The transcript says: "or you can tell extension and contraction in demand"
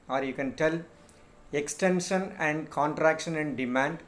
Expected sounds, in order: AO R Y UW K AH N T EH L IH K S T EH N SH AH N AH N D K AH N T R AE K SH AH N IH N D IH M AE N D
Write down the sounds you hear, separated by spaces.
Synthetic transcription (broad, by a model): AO R Y UW K AH N T EH L IH K S T EH N SH AH N AH N D K AH N T R AE K SH AH N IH N D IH M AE N D